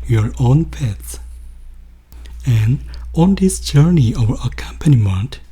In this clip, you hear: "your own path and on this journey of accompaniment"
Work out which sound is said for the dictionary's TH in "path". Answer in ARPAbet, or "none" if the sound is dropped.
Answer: S